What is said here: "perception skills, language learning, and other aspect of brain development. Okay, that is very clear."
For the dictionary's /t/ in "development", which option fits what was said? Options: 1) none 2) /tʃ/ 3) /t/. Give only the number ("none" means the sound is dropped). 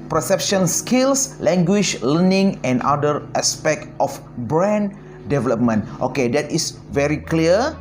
3